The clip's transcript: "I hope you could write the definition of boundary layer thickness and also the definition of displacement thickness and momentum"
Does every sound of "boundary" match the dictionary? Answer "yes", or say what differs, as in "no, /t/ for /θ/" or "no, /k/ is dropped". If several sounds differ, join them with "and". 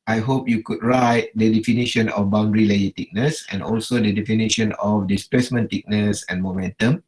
yes